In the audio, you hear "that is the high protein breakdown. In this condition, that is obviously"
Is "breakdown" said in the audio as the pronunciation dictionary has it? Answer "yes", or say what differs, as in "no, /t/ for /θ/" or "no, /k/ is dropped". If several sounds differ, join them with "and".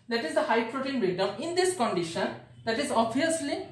no, /k/ is dropped